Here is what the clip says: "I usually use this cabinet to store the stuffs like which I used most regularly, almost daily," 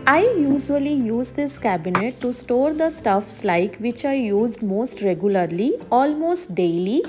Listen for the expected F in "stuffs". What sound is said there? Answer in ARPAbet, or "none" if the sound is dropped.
F